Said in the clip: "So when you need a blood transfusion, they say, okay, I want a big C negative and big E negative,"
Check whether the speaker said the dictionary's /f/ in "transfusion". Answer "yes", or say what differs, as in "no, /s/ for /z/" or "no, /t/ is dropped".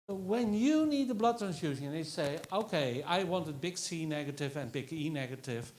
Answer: no, /f/ is dropped